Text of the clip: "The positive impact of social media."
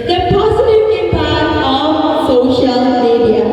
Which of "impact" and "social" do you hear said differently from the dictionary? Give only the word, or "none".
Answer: impact